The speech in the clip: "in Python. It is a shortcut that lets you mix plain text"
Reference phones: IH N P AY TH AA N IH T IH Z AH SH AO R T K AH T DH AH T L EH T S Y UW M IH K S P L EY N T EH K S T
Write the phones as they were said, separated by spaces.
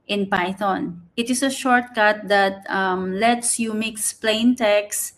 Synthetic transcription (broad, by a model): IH N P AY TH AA N IH T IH S AH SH AO R T K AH T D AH T L EH T S Y UW M IH K S P L EY N T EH K S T